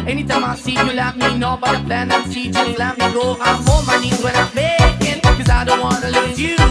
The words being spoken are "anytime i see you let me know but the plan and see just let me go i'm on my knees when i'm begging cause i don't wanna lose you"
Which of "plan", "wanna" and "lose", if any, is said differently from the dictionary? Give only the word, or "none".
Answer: lose